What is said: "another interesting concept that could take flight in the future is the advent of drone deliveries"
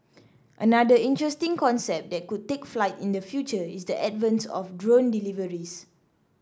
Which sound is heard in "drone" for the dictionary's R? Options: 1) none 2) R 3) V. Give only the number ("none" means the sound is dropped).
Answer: 2